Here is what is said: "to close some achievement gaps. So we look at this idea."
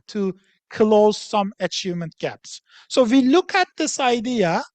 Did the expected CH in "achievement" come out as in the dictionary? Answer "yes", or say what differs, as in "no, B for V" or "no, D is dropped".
yes